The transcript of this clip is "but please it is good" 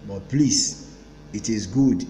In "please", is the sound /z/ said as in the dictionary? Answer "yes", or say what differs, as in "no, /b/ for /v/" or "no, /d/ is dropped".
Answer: no, /s/ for /z/